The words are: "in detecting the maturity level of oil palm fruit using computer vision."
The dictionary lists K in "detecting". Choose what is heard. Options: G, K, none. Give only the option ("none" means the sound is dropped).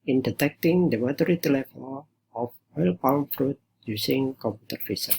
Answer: K